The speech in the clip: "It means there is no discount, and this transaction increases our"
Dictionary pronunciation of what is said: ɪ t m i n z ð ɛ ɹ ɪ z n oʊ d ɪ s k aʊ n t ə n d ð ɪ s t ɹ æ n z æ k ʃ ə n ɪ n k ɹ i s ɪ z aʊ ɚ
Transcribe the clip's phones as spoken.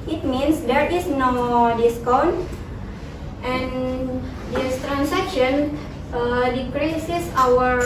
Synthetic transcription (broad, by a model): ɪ t m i n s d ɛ ɹ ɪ s n oʊ d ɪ s k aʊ n t ə n d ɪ s t ɹ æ n s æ k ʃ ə n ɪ k ɹ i s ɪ s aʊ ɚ